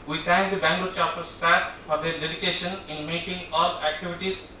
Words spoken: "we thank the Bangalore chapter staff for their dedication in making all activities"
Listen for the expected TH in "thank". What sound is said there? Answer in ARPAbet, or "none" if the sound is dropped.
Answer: T